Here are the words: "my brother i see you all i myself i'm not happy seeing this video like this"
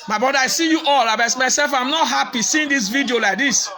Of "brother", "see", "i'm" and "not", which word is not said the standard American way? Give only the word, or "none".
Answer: brother